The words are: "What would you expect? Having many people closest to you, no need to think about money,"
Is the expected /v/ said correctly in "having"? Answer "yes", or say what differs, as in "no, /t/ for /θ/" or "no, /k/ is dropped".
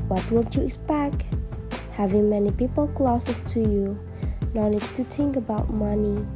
yes